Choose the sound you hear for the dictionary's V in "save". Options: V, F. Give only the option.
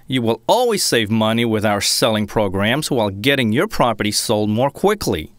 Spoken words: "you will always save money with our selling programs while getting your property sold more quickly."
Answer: V